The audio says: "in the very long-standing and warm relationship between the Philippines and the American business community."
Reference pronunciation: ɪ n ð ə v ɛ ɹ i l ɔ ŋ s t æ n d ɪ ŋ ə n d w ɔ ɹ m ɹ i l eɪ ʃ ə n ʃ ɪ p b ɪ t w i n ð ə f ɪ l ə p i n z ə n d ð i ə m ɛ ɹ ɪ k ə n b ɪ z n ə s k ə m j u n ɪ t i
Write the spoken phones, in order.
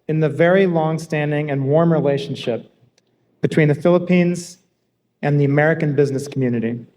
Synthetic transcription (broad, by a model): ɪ n ð ə v ɛ ɹ i l ɔ ŋ s t æ n d ɪ ŋ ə n w ɔ ɹ m ɹ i l eɪ ʃ n ʃ ɪ p b ɪ t w i n ð ə f ɪ l ə p i n z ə n ð i ə m ɛ ɹ ɪ k ə n b ɪ z n ə s k m j u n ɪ t i